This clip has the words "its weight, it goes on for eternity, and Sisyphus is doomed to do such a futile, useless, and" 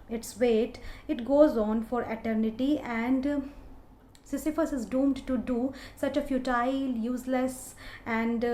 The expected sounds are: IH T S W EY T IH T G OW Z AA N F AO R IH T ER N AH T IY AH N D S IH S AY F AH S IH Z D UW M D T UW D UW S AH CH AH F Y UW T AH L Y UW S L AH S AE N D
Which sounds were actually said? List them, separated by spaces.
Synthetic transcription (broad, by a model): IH T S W EY T IH T G OW Z AA N F AO R IH T ER N AH T IY AH N D S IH S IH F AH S IH Z D UW M D T UW D UW S AH CH AH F Y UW T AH L Y UW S L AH S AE N D